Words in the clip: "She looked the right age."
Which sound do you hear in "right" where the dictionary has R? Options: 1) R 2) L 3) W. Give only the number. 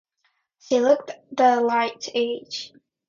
2